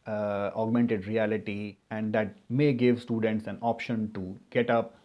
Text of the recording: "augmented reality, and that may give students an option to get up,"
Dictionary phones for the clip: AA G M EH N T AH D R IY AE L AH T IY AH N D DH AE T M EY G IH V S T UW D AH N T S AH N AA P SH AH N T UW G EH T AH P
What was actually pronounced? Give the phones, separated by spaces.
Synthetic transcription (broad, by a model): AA G M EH N T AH D R IY AE L AH T IY AH N D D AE T M EY G IH V S T UW D AH N T S AH N AA P SH AH N T UW G EH T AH P